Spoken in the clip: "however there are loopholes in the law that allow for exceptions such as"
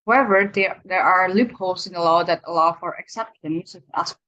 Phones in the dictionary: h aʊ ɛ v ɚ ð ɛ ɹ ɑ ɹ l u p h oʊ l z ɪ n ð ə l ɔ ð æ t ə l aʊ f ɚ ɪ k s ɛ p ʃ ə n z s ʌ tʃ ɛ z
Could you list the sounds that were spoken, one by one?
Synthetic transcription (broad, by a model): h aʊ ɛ v ɚ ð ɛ ɹ ɑ ɹ l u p h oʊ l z ɪ n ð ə l ɔ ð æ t ə l aʊ f ɚ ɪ k s ɛ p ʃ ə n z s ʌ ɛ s